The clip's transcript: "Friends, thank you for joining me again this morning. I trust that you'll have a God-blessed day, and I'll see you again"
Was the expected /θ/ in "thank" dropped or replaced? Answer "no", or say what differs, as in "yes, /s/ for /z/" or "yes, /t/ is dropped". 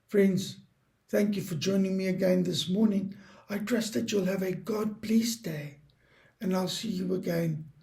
no